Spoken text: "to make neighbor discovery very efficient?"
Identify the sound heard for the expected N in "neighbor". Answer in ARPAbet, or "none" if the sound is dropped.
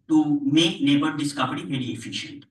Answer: L